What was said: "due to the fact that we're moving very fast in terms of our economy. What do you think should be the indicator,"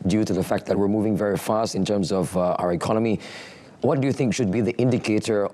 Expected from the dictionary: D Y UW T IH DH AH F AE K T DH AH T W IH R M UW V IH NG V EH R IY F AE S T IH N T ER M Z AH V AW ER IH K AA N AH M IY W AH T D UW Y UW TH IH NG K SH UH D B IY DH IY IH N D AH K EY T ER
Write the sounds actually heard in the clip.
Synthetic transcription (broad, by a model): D Y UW T IH DH AH F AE K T DH AH T W IH R M UW V IH NG V EH R IY F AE S T IH N T ER M Z AH V AW ER IH K AA N AH M IY W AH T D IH Y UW TH IH NG K SH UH D B IY DH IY IH N D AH K EY T ER